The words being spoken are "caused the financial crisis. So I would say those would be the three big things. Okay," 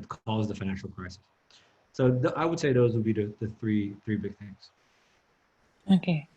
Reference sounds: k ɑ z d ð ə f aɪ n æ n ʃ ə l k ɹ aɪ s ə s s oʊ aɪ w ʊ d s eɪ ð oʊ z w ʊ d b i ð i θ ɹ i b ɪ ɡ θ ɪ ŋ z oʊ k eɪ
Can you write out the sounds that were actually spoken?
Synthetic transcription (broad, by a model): k ɑ z ð ə f aɪ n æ n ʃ l k ɹ aɪ s ə s s oʊ aɪ w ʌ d s eɪ ð oʊ z w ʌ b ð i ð i θ ɹ i b ɪ ɡ θ ɪ ŋ z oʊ k eɪ